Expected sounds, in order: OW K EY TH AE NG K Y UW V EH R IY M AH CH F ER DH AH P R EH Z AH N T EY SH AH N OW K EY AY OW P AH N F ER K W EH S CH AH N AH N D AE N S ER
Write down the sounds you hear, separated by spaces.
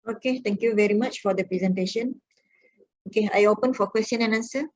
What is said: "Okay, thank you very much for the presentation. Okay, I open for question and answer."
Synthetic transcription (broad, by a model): OW K EY T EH NG K Y UW V EH R IY M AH CH F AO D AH P R EH Z AH N T EY SH AH N OW K EY AY OW P AH N F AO K W EH S CH AH N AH N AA N S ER